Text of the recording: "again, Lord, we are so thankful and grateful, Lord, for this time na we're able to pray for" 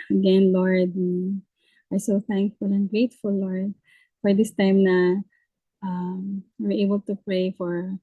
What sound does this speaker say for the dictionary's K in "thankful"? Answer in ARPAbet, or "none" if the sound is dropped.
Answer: K